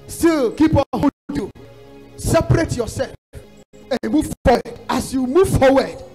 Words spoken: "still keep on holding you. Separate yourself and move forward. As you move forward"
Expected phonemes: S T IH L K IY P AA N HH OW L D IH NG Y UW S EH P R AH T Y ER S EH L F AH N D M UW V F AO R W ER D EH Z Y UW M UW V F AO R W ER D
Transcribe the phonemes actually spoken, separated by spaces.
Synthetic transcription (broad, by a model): S T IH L K IY P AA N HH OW D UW S EH P R AH T Y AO S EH L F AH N M UW V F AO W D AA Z Y UW M UW V F AO W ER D